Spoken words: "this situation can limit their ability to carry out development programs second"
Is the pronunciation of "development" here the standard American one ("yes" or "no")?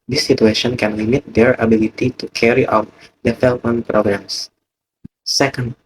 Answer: no